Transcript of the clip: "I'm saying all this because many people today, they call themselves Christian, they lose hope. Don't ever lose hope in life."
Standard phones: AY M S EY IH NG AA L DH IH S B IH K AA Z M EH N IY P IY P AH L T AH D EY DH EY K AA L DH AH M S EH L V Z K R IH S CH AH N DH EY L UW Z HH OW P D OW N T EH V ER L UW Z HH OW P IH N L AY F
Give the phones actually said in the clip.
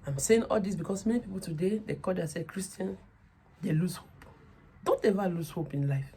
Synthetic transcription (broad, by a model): AY M S EY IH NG AA L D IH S B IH K AA S M EH N IY P IY P AH L T AH D EY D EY K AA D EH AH S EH K R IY S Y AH N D EY L UW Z HH OW P D OW N T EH V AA L UW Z HH OW P IH N L AY F